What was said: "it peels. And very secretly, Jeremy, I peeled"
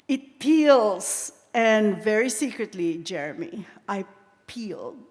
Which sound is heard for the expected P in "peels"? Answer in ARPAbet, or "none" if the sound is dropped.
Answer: P